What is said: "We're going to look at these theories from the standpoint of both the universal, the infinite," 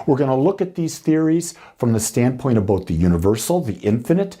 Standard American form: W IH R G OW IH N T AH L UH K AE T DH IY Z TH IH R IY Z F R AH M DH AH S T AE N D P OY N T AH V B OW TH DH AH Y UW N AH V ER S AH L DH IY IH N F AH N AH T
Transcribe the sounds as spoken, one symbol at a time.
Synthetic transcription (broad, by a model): W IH R G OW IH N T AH L UH K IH T DH IY Z TH IH R IY Z F R AH M DH AH S T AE N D P OY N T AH B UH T DH AH Y UW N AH V ER S L DH IY IH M F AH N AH T